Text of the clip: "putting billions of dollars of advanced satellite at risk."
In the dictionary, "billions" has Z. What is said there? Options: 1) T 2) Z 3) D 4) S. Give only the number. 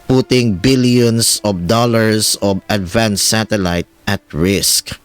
4